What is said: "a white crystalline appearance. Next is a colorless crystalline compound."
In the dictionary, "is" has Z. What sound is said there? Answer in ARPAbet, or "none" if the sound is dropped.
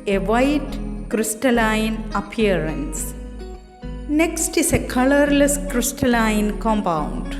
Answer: S